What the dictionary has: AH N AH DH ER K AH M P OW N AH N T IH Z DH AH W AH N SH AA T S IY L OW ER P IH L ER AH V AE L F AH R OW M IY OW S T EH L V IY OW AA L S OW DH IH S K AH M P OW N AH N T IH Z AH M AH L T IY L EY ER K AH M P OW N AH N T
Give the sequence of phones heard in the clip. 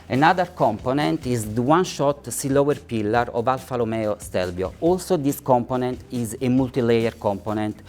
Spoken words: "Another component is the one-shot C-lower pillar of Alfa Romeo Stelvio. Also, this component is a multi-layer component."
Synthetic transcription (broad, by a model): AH N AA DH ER K AH M P OW N AH N T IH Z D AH W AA N SH AA T S IY L OW ER P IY L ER AH V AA L F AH L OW M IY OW S T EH L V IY OW AA L S OW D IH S K AH M P OW N AH N T IH Z AH M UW L T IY L EY ER K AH M P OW N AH N T